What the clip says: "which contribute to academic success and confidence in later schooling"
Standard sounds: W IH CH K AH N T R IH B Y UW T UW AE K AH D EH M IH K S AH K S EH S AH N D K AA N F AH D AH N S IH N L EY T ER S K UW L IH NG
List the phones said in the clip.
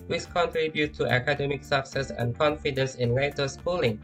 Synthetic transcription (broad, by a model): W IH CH K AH N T R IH B Y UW T UW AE K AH D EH M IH K S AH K S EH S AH N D K AA N F AH D AH N S IH N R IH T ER S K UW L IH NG